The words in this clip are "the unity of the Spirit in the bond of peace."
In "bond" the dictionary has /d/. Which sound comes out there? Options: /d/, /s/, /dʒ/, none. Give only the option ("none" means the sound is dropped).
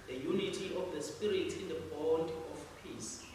/d/